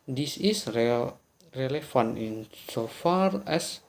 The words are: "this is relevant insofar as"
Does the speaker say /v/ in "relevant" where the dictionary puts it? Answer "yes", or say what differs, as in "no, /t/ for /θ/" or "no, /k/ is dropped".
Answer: no, /f/ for /v/